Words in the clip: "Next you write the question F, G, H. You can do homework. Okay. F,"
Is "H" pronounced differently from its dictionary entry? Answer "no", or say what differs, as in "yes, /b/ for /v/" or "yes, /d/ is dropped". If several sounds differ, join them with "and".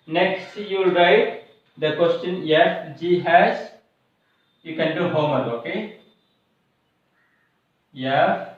yes, /s/ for /tʃ/